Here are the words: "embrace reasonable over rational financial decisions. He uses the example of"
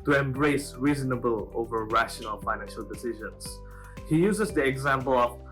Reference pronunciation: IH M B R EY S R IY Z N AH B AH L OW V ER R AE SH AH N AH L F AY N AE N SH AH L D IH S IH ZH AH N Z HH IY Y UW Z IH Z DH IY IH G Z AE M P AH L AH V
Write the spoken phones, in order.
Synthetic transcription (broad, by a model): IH M B R EY S R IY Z N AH B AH L OW V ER R AE SH AH N AH L F AY N AE N SH AH L D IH S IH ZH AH N S HH IY Y UW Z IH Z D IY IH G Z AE M P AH L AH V